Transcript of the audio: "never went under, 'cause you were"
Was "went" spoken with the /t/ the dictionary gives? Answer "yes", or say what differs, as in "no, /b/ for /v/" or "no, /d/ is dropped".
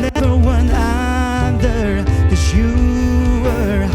no, /t/ is dropped